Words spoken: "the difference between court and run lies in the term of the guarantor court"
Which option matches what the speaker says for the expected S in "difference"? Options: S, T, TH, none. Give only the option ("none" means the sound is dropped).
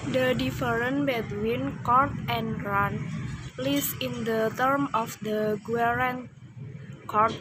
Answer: none